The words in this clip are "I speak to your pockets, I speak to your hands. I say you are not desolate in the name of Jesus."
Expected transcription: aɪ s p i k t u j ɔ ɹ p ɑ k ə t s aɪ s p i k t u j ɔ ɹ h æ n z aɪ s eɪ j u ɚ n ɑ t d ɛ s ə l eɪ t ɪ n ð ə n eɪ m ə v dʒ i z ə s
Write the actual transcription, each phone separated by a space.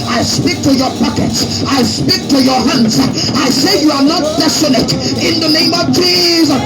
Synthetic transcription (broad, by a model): aɪ s p i k t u j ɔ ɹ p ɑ k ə t s aɪ s p i k t u j ɔ ɹ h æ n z aɪ s eɪ j u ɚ n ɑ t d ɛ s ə n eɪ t ɪ n ð ə n eɪ m ə v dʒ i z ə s